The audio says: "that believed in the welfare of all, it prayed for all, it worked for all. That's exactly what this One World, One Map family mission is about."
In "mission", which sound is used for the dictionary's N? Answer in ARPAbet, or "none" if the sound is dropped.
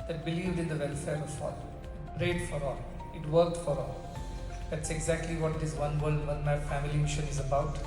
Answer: N